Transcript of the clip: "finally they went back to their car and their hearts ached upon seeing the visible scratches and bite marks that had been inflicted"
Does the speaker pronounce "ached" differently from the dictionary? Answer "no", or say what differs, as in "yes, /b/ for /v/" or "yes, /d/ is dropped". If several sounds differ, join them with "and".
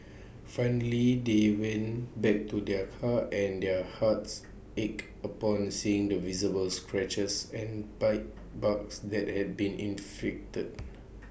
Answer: yes, /t/ is dropped